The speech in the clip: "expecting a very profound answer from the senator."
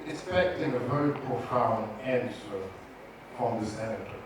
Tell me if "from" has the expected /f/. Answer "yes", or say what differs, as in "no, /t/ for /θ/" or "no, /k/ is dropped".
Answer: no, /p/ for /f/